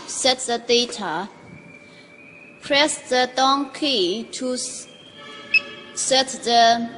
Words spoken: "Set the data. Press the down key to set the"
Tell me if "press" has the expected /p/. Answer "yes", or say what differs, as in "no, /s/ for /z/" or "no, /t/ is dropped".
yes